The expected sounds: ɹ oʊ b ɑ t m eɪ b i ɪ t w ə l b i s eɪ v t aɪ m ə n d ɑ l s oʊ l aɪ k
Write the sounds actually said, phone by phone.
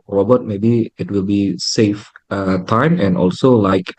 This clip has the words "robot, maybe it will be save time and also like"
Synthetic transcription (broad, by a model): ɹ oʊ b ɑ t m eɪ b i ɪ t w ə l b i s eɪ f t aɪ m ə n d ɑ l s oʊ l aɪ k